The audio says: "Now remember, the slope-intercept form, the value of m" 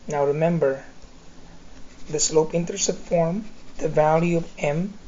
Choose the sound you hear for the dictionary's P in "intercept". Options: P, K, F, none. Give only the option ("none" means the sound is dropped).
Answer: none